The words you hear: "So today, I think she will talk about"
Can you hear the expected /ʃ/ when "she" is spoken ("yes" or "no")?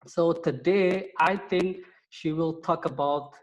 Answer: yes